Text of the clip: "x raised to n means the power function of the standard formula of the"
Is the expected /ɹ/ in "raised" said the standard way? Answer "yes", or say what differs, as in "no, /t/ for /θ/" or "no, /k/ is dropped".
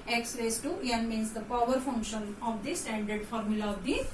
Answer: no, /l/ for /ɹ/